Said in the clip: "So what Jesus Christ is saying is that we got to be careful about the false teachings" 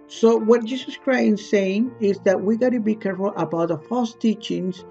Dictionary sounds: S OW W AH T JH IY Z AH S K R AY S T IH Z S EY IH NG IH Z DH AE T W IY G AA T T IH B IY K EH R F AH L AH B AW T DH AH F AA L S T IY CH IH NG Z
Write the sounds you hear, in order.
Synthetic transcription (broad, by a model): S OW W AH T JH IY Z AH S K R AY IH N S EY IH NG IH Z DH AE T W IY G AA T T IH B IY K EH R F AH L AH B AW T DH AH F AA L S T IY CH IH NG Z